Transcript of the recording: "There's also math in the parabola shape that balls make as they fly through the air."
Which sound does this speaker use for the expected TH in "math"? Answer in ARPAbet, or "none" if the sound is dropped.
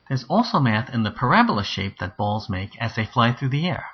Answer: TH